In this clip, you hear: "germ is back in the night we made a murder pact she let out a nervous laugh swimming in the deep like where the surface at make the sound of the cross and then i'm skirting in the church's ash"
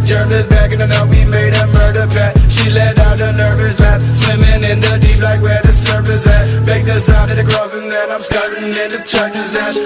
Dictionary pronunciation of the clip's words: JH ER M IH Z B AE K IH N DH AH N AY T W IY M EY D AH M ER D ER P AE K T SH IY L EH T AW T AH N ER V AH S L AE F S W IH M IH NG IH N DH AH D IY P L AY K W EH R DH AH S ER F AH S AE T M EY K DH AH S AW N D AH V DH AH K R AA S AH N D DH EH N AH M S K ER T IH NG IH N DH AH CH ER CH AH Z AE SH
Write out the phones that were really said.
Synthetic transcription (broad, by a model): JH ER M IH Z B AE K IH N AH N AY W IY M EY D AH M ER D ER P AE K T SH IY L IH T AW T AH N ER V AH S L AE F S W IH M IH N IH N DH AH D IY P L AY K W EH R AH S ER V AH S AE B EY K DH AH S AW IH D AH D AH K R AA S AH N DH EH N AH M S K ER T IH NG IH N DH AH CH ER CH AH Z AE